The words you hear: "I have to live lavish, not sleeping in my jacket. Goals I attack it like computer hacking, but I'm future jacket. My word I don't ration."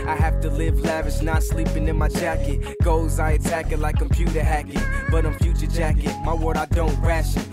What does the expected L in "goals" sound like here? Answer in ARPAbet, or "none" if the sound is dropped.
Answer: none